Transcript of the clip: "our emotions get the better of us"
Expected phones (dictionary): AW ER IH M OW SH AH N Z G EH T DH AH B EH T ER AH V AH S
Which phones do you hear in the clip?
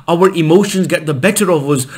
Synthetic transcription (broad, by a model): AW ER IH M OW SH AH N Z G EH T DH AH B EH T ER AH V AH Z